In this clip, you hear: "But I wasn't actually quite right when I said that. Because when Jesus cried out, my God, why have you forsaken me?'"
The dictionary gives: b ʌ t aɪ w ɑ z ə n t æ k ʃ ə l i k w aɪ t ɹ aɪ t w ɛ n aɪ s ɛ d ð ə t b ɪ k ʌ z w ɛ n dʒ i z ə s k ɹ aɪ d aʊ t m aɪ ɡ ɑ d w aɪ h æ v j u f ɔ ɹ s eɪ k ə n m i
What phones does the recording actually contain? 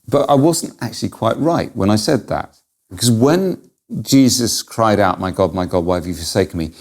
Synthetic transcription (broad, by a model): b ʌ t aɪ w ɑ z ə n t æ k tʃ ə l i k w aɪ t ɹ aɪ t w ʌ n aɪ s ɛ d ð ə t b ɪ k ʌ z w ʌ n dʒ i z ə s k ɹ aɪ d aʊ t m aɪ ɡ ɑ d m aɪ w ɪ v j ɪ f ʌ ɹ s eɪ k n m i